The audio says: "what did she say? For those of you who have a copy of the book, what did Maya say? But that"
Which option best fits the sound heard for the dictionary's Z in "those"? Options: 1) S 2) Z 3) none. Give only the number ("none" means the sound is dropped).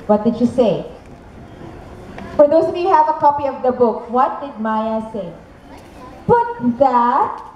3